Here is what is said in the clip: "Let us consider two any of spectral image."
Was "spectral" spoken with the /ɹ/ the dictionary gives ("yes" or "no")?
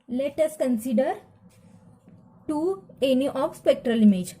yes